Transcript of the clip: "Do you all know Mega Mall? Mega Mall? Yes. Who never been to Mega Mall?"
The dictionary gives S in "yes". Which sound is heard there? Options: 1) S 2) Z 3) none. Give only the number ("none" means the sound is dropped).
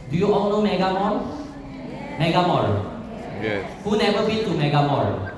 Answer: 3